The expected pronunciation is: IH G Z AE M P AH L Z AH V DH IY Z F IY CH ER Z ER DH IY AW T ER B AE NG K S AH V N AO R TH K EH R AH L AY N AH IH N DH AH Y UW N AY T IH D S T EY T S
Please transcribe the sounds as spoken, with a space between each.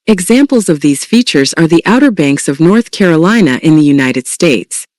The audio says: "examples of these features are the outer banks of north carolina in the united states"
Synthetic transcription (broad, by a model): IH G Z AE M P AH L Z AH V DH IY Z F IY CH ER Z ER DH IY AW T ER B AE NG K S AH V N AO R TH K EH R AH L AY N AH IH N DH AH Y UW N AY T IH D S T EY T S